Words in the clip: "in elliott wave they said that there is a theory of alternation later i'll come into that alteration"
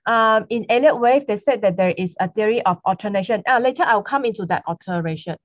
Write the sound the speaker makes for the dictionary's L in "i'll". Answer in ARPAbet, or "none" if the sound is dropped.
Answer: W